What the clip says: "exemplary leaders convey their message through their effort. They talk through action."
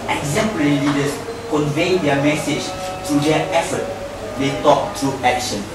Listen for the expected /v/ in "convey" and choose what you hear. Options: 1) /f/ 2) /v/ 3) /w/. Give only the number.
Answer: 2